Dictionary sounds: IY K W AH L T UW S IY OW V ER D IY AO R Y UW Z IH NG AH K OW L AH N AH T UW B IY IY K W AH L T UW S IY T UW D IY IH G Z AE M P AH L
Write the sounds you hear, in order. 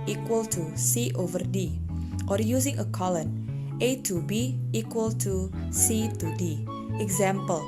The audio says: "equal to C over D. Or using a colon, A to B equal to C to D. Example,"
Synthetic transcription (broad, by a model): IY K W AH L T UW S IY OW V ER D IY AO R Y UW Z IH NG AH K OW L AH N AH T UW B IY IY K W AH L T UW S IY T UW D IY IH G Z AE M P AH L